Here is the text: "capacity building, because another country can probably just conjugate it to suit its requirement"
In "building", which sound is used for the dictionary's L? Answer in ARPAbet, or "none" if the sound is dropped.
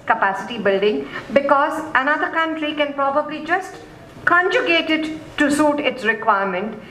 L